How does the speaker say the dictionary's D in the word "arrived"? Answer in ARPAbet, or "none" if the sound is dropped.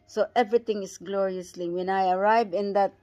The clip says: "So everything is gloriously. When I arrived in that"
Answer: none